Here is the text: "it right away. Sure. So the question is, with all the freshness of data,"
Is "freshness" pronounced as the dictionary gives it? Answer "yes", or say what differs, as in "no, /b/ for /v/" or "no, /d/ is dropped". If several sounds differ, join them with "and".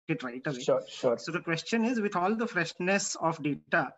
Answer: yes